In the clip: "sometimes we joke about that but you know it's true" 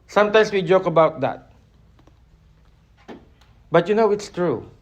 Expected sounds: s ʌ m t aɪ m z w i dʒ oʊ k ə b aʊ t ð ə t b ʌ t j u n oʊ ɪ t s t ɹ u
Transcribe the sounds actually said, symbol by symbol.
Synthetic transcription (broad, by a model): s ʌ m t aɪ m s w i dʒ oʊ k ə b aʊ t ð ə t b ʌ t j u n oʊ ɪ t s t ɹ u